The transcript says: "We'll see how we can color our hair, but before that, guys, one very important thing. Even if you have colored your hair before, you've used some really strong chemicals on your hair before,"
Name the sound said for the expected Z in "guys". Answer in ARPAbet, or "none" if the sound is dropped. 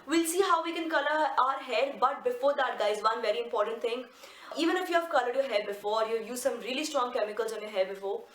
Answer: Z